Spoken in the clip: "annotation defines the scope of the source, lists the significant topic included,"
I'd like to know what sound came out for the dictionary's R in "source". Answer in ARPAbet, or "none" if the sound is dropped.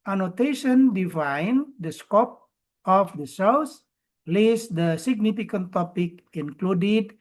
L